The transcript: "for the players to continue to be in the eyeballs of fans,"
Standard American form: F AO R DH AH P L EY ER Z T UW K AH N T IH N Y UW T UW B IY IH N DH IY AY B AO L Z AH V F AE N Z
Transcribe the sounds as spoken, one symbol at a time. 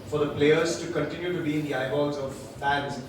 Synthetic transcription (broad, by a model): F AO R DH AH P L EY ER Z T UW K AH N T IH N Y UW T UW B IY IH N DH IY AY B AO Z AH V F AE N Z